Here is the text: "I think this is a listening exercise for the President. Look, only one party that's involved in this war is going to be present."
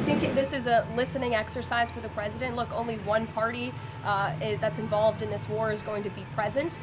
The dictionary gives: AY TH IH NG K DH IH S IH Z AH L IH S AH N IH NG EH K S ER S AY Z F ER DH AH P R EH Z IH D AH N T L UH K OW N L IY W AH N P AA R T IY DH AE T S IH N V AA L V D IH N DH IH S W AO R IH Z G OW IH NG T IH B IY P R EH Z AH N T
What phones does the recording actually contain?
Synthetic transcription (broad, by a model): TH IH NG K DH IH S IH Z AH L IH S AH N IH NG EH K S ER S AY Z F ER DH AH P R EH Z IH D AH N T L UH K OW N L IY W AH N P AA R T IY DH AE T S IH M V AA L V D IH N DH IH S W AO R IH Z G OW IH NG T IH B IY P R EH Z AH N T